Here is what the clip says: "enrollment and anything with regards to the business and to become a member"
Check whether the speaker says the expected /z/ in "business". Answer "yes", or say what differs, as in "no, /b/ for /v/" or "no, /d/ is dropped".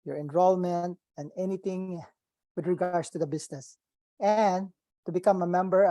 no, /s/ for /z/